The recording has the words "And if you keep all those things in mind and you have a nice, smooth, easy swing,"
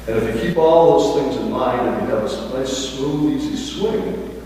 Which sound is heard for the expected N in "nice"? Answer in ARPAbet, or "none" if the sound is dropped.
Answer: L